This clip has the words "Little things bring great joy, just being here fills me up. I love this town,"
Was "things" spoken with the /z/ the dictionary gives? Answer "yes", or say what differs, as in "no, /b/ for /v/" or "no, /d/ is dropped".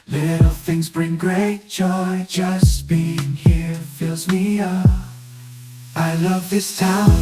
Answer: yes